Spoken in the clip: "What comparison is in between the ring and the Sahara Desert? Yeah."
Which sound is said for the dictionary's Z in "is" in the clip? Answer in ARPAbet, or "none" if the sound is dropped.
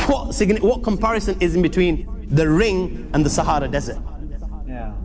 Z